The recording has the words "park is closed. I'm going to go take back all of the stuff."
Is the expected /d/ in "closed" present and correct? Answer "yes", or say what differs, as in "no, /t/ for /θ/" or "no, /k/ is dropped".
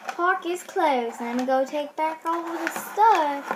no, /d/ is dropped